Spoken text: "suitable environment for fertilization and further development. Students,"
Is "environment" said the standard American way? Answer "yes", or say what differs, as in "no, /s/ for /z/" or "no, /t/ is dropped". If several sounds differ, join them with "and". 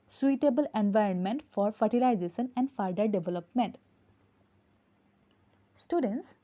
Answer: yes